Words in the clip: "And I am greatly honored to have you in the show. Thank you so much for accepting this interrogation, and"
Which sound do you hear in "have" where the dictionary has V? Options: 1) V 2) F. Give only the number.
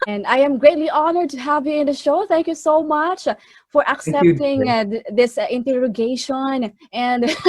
1